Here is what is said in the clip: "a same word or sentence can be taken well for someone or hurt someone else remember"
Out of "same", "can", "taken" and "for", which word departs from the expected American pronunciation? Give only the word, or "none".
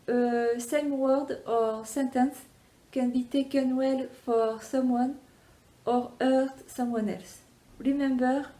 none